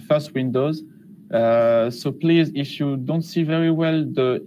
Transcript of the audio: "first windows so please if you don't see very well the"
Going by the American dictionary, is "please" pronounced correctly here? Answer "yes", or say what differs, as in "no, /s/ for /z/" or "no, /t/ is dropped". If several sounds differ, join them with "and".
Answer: yes